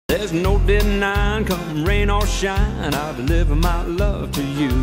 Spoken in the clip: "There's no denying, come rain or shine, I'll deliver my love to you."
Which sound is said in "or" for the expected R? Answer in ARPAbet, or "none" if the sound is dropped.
L